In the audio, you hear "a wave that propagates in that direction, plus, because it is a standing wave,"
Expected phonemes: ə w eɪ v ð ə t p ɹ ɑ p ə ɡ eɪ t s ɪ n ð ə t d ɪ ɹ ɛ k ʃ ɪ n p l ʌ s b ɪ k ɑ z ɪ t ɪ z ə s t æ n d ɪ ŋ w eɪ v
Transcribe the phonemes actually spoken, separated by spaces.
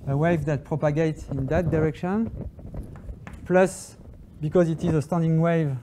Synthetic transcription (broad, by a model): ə w eɪ v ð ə t p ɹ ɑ p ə ɡ eɪ t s ɪ n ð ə t d ɪ ɹ ɛ k ʃ ɪ n p l ʌ s b ɪ k ɑ z ɪ t ɪ z ə s t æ n d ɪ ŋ w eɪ v